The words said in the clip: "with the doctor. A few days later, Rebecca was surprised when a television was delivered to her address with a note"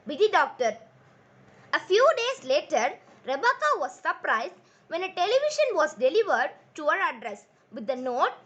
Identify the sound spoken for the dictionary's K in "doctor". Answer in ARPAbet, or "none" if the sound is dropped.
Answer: K